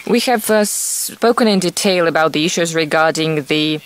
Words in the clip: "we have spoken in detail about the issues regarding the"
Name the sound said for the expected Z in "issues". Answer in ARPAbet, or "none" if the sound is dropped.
Z